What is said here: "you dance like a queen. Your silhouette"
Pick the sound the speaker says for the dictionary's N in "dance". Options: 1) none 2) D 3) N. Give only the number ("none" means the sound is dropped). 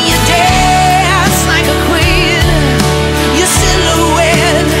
1